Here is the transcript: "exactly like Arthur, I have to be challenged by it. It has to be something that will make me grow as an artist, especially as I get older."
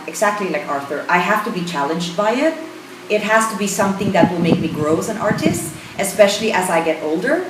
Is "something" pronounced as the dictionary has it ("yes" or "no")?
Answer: yes